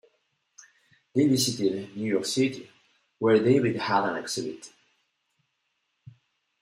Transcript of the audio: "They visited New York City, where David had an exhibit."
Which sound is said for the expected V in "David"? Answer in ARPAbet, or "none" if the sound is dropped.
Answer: W